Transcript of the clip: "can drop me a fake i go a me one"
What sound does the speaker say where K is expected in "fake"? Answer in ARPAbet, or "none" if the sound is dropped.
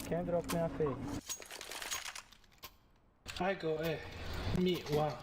none